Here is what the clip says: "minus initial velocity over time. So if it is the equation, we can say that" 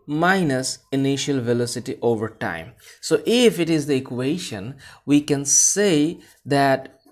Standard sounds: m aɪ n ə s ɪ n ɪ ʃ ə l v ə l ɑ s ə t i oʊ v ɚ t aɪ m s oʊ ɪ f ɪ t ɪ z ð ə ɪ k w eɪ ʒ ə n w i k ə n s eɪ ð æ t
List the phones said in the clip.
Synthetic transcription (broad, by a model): m aɪ n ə s ɪ n ɪ ʃ ə l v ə l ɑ s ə t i oʊ v ɚ t aɪ m s oʊ ɪ f ɪ t ɪ z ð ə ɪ k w eɪ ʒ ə n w i k ə n s eɪ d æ t